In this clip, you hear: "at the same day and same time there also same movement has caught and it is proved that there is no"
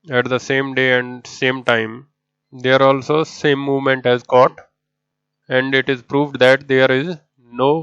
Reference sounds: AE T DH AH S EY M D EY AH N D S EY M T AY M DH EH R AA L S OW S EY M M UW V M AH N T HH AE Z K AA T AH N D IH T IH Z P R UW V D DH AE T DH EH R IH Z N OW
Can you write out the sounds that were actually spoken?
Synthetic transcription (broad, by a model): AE T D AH S EY M D EY AH N D S EY M T AY M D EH R AA L S OW S EY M M UW V M AH N T HH AE Z K AA T AH N D IH T IH Z P R UW V D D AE T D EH R IH Z N OW